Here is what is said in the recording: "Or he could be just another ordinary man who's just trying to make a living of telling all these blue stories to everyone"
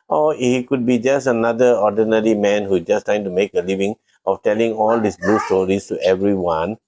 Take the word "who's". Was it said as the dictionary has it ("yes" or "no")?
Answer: no